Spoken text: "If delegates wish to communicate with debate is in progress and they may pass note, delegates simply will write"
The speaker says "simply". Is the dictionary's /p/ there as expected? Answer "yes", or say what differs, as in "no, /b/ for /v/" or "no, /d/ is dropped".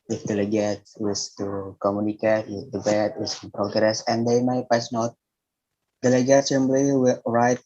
no, /b/ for /p/